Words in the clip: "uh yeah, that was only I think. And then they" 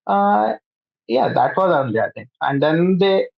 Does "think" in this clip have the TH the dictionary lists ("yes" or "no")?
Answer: no